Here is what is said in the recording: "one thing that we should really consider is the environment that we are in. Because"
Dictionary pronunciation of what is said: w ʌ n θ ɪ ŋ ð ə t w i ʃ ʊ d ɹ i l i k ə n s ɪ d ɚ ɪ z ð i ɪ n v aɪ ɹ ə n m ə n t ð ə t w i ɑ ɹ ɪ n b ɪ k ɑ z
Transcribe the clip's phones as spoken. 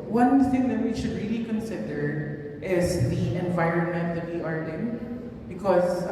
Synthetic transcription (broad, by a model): w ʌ n θ ɪ ŋ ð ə t w i ʃ ʊ d ɹ i l i k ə n s ɪ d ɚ ɪ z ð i ɪ n v aɪ ɹ ə n m ə n t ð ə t w i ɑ ɹ ɪ n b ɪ k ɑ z